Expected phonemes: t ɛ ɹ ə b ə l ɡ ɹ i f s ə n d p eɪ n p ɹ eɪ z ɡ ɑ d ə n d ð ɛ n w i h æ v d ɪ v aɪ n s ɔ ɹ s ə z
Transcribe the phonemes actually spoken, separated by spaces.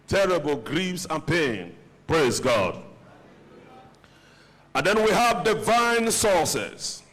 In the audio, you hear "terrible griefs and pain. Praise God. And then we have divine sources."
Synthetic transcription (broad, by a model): t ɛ ɹ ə b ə l ɡ ɹ i f s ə n p eɪ n p ɹ eɪ z ɡ ɑ d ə n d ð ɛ n w i h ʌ v d ɪ v aɪ n s ɔ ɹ s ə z